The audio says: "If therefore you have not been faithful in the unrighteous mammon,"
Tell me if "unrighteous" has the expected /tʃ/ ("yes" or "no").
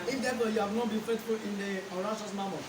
no